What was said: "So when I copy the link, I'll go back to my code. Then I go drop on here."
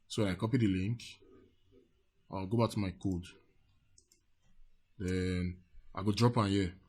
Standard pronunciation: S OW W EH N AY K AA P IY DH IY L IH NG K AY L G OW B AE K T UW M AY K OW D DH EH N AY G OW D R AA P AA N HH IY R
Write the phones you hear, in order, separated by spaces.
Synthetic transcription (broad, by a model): S OW W EH N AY K AA P IY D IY L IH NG K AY W G OW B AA K T UW M AY K OW D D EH N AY G OW D R AA P AA N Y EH